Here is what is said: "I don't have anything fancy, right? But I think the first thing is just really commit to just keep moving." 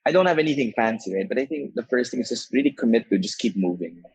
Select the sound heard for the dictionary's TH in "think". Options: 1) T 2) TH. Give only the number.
2